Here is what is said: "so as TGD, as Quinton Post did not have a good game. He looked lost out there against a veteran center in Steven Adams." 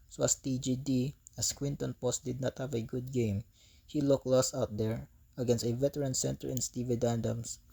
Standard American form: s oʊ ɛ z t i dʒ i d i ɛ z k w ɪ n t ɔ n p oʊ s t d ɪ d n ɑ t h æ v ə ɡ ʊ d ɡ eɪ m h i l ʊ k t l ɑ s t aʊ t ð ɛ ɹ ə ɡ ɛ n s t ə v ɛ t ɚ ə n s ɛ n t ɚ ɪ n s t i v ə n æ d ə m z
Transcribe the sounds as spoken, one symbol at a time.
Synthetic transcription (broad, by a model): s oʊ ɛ s t i dʒ i d i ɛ s k w ɪ n t ɔ n p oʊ s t d ɪ d n ɑ t h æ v ə ɡ ʊ d ɡ eɪ m h i l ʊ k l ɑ s aʊ t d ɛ ɹ ə ɡ ɛ n s t ə v ɛ t ɚ ə n s ɛ n t ɚ ɪ n s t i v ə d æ d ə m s